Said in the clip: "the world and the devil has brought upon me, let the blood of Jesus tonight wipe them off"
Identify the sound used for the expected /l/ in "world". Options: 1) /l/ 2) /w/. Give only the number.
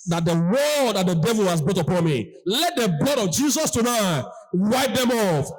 2